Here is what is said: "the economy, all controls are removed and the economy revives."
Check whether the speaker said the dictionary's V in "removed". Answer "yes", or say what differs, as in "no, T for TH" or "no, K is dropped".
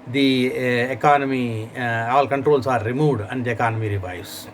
no, V is dropped